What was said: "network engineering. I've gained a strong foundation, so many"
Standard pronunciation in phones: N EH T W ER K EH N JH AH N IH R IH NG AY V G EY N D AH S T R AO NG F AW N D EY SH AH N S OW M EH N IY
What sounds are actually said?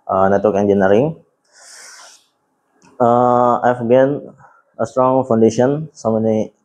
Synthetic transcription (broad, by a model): N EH T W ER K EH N JH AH N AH R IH NG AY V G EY N AH S T R AO NG F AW N D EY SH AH N S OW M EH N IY